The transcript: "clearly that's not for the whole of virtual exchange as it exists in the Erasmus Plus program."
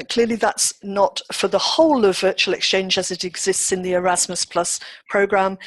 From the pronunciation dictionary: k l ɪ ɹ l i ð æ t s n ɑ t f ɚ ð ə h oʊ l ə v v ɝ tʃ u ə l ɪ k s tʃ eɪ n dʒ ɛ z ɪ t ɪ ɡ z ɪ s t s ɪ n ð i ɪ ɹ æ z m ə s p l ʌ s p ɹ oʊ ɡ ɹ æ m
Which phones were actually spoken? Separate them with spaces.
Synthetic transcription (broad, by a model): k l ɪ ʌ l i ð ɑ t s n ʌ t f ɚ ð ə h oʊ l ə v v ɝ tʃ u ə l ɪ k s tʃ eɪ n dʒ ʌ z ɪ t ɪ ɡ z ɪ s t s ɪ n ð i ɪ ɹ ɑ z m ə s p l ʌ s p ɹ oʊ ɡ ɹ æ m